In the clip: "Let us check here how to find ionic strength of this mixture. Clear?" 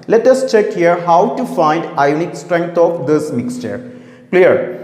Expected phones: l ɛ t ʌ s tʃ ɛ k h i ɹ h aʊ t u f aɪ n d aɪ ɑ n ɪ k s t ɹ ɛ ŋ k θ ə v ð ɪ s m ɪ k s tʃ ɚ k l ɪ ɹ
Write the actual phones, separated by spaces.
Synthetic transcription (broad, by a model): l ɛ t ʌ s tʃ ɛ k h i ɹ h aʊ t u f aɪ n d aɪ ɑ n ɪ k s t ɹ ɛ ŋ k t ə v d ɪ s m ɪ k s tʃ ɚ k l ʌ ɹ